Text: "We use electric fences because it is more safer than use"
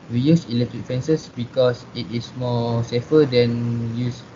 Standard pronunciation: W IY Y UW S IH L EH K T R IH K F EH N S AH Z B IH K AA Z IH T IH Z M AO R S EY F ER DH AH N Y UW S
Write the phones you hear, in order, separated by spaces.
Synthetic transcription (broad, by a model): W IY Y UW S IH L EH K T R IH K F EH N S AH S B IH K AA S IH T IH S M AO S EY F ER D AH N Y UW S